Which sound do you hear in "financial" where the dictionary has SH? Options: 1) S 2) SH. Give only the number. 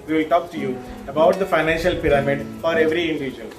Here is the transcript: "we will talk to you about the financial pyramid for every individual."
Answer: 2